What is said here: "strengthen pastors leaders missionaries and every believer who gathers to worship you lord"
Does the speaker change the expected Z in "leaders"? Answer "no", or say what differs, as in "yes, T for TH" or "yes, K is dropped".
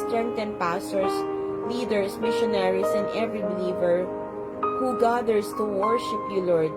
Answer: yes, S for Z